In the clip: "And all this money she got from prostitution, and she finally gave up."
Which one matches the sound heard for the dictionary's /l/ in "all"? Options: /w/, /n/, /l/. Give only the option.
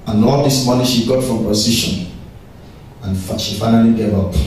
/n/